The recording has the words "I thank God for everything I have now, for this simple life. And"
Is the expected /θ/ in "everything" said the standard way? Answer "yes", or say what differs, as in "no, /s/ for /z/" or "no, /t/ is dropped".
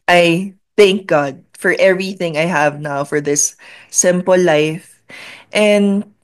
yes